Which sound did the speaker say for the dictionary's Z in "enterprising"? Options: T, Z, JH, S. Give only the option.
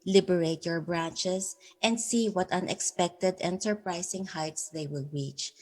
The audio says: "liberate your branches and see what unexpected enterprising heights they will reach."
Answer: S